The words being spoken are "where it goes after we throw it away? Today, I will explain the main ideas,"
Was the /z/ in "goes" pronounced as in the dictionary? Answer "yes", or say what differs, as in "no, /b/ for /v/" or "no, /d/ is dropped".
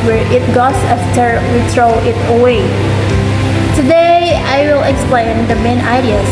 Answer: no, /s/ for /z/